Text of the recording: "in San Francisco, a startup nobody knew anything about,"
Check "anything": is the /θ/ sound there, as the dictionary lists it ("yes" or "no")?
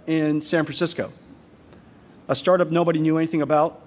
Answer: yes